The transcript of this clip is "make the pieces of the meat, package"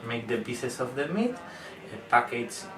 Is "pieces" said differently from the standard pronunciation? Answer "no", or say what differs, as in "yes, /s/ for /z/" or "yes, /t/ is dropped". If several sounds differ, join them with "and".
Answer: yes, /b/ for /p/ and /s/ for /z/